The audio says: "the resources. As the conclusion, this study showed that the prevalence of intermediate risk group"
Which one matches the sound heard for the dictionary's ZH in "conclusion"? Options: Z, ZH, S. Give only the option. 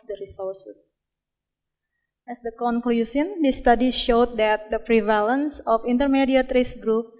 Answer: S